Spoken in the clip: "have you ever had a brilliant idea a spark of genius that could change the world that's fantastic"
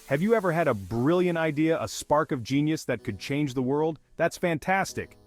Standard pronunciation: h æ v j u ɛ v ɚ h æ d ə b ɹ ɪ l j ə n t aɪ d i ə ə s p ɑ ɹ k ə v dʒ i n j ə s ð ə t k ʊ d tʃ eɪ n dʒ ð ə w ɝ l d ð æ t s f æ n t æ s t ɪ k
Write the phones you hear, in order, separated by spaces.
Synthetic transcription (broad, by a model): h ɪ v j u ɛ v ɚ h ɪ d ə b ɹ ɪ l j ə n t aɪ d i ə ə s p ɑ ɹ k ə v dʒ i n j ə s ð ə t k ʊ d tʃ eɪ n dʒ ð ə w ɝ l d ð æ t s f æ n t æ s t ɪ k